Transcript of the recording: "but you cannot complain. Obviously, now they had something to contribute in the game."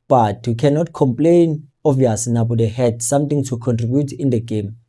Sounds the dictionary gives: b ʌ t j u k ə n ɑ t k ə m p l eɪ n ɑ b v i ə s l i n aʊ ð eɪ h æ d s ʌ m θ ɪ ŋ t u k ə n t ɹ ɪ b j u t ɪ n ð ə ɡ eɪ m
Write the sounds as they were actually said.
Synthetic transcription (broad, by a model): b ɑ t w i k ə n ɑ t k ə m p l eɪ n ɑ v i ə s n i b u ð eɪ h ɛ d s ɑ m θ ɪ ŋ t u k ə n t ɹ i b j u t ɪ n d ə ɡ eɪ m